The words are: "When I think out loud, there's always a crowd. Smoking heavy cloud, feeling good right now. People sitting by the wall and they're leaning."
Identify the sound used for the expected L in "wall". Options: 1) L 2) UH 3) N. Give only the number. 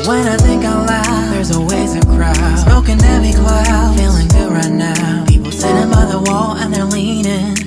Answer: 1